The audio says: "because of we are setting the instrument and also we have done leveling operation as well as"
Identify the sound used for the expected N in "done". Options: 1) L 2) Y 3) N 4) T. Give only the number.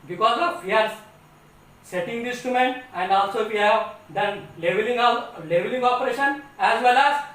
1